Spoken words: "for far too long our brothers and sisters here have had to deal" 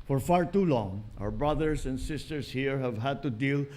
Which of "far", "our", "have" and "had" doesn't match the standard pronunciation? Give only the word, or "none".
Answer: none